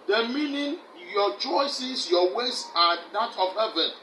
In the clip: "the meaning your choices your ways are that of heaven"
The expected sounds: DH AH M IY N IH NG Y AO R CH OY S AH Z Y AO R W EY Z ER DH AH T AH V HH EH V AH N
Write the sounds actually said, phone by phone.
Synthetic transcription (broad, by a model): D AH M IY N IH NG Y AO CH OY S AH S Y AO W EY S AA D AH T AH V HH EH V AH N